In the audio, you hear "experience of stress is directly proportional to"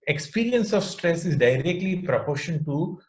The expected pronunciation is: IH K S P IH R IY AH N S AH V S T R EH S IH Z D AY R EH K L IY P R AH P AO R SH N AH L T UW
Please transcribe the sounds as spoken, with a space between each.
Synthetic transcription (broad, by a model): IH K S P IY R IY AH N S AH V S T R EH S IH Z D AY R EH K L IY P R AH P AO R SH AH N T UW